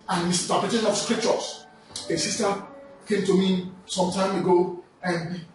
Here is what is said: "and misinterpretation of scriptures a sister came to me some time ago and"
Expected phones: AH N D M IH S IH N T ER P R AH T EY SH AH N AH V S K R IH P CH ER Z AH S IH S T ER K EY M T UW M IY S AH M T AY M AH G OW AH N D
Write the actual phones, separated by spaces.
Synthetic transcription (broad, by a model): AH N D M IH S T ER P AH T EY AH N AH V S K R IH P CH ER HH AH S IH S T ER K EY M T UW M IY S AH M T AY M AH G OW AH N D